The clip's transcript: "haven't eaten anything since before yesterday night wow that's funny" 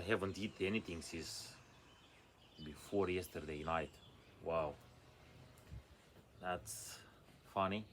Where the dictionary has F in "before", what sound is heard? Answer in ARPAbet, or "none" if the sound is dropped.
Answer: F